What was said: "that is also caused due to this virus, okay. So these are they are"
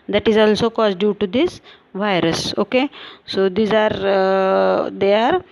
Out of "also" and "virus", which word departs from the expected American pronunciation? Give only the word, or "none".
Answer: none